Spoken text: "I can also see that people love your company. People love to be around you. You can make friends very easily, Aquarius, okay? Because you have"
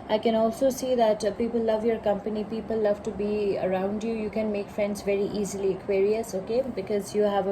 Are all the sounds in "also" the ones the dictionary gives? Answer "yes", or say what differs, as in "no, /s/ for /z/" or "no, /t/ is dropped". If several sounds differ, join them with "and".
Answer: yes